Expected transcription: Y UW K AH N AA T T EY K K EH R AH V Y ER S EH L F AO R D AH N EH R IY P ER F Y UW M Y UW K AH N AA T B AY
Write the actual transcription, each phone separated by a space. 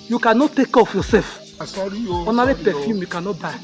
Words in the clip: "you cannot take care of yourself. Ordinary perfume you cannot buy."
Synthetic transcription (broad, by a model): Y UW K AH N AA T T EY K K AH F Y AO S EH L F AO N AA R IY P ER F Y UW M Y UW K AH N AA T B AY